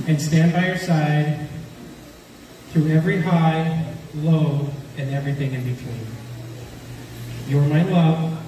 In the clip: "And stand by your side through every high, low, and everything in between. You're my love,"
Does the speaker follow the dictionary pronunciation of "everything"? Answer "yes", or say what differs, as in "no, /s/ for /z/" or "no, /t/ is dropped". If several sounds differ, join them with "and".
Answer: yes